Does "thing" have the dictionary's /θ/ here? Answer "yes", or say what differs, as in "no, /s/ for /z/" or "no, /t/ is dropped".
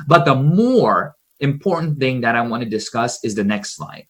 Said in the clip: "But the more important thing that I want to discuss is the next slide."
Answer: yes